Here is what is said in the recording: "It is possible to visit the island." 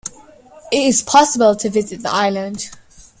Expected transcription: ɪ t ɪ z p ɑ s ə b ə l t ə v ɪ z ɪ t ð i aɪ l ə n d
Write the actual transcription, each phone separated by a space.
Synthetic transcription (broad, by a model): ɪ t ɪ z p ɑ s ə b ə l t ə v ɪ z ɪ t ð i aɪ l ə n d